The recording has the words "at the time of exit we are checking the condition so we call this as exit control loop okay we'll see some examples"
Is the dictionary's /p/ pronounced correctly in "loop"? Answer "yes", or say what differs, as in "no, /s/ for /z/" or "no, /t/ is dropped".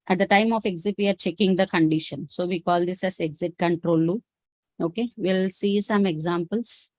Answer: no, /p/ is dropped